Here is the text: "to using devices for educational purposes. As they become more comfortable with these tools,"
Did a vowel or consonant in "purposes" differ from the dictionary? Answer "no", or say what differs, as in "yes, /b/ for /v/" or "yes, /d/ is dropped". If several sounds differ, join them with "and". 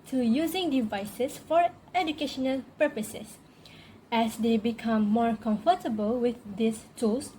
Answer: yes, /s/ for /z/